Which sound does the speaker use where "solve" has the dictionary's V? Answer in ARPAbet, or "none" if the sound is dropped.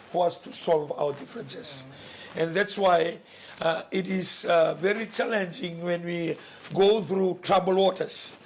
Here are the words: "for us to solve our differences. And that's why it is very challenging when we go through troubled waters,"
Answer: V